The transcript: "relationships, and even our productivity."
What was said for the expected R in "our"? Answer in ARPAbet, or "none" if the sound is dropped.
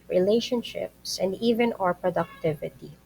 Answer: R